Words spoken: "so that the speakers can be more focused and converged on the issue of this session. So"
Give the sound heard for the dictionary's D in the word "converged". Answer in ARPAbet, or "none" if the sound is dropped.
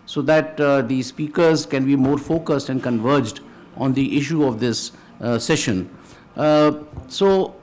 D